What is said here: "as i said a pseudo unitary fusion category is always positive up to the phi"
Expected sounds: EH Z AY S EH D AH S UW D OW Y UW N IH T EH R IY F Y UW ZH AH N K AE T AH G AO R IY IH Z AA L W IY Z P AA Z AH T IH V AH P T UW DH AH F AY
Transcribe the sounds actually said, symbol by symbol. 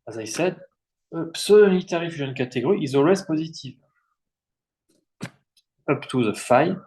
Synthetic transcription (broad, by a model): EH Z AY S EH D AH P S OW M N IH T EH R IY F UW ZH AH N K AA T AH G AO R IY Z AA L W IY Z P AA Z AH T IH V AH P T UW DH AH F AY